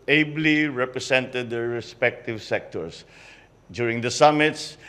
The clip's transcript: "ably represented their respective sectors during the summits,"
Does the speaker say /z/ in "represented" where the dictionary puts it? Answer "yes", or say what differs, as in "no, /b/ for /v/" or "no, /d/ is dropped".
no, /s/ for /z/